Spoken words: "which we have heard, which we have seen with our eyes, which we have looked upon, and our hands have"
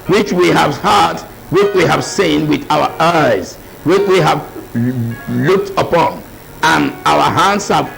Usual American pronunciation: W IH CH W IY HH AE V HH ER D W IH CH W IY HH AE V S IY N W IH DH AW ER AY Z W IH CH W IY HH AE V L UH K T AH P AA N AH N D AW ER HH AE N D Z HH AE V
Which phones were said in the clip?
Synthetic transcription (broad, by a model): W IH CH W IY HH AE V HH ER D W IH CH W IY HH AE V S IY N W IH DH AW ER AY Z W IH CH W IY HH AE V L UH K T AH P AA N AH N AW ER HH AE N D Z HH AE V